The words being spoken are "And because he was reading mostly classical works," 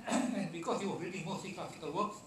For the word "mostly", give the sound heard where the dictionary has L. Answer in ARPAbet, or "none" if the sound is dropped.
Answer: none